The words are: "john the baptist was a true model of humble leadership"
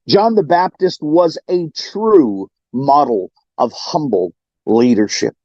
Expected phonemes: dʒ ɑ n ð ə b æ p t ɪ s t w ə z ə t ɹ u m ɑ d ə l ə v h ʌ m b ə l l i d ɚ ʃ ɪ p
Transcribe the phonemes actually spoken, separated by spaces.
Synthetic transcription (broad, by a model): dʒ ɑ n ð ə b æ p t ɪ s t w ə z ə t ɹ u m ɑ d l ə v h ʌ m b l l i d ɚ ʃ ɪ p